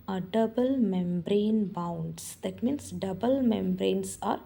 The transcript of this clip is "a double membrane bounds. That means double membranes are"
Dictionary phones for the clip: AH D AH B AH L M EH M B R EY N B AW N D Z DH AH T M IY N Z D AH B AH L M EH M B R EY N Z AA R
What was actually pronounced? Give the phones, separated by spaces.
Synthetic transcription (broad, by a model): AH D AH B AH L M EH M B R EY N B AW N D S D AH T M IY N S D AH B AH L M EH M B R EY N S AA R